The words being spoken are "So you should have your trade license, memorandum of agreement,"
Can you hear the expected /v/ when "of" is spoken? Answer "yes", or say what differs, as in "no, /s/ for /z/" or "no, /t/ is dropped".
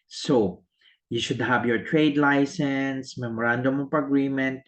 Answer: no, /p/ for /v/